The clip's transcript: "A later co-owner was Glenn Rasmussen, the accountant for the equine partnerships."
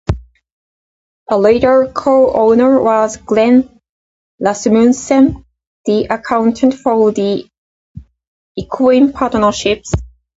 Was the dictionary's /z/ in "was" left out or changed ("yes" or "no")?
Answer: no